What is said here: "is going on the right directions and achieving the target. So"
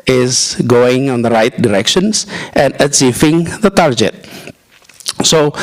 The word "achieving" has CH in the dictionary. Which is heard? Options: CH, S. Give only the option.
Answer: S